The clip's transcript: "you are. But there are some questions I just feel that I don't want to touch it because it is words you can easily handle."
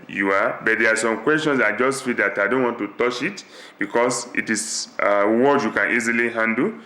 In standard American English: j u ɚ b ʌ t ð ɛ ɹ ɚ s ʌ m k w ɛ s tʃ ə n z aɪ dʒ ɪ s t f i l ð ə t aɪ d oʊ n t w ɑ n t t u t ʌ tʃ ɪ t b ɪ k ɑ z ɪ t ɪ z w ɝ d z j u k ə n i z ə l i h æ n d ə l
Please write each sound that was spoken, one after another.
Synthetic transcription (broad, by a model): j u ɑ b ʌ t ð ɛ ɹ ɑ s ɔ m k w ɛ s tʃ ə n s aɪ dʒ ɪ s t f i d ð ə t aɪ d oʊ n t w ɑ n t t u t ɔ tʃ ɪ t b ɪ k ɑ s ɪ t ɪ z w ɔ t j u k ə n i z ə l i h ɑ n d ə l